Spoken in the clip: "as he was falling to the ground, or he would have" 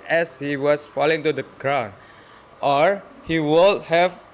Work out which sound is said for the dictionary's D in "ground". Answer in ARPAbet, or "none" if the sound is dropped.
none